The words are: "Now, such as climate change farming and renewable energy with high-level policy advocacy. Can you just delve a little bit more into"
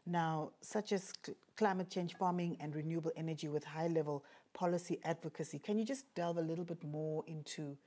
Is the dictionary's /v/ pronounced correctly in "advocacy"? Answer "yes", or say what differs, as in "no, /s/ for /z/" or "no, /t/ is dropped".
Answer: yes